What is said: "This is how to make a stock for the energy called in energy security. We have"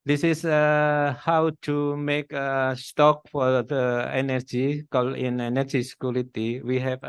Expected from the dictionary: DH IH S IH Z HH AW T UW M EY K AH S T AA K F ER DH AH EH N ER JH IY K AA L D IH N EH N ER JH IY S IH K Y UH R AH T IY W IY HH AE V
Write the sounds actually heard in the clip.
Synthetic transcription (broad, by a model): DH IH S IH S HH AW T UW M EY K AH S T AA K F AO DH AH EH N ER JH IY K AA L IH N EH N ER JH IY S K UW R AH T IY W IY HH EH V